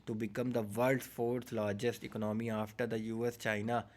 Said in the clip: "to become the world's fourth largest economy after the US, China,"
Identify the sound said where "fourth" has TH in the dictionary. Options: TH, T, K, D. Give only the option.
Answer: T